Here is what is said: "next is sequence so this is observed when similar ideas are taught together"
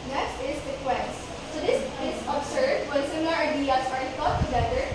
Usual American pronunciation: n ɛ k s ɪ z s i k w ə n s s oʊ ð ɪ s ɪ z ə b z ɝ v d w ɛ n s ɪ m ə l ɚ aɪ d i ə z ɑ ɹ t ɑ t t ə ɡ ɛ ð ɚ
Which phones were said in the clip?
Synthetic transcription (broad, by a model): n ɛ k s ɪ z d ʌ k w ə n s s oʊ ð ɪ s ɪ s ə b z ɝ d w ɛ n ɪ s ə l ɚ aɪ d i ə s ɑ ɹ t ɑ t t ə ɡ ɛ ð ɚ